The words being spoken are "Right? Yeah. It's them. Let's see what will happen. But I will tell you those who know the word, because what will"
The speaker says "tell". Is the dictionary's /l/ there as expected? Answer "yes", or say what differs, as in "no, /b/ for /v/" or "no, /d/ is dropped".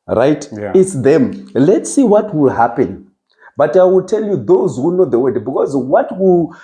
yes